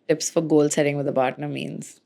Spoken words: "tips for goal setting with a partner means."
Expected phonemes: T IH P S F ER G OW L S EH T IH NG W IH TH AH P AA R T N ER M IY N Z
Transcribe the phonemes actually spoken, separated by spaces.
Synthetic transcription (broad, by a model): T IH P S F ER G OW L S EH T IH NG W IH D AH B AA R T N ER M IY N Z